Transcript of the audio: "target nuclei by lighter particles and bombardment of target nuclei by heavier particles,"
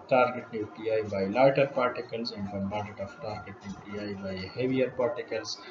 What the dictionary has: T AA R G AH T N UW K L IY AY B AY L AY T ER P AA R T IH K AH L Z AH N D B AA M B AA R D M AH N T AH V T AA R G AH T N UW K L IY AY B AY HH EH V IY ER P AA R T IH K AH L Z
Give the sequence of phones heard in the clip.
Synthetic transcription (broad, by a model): T AA R G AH T N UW K L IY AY B AY L AY T ER P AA R T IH K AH L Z AH N D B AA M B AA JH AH T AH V T AA R G AH T N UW K L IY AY B AY HH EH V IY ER P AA R T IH K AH L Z